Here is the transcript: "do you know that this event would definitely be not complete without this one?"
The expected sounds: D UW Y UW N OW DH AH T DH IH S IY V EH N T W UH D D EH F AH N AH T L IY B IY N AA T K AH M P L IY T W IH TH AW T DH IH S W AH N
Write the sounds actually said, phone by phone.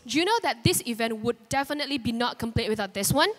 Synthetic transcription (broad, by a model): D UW Y UW N OW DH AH T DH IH S IY V EH N T W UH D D EH F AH N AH T L IY B IY N AA T K AH M P L IY T W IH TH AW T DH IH S W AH N